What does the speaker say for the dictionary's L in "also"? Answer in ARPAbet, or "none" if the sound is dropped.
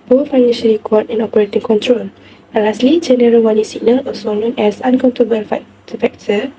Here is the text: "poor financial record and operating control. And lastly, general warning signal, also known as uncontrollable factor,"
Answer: none